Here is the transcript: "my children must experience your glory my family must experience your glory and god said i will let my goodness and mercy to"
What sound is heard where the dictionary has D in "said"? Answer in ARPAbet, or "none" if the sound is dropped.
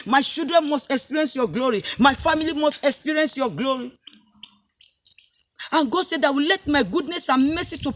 D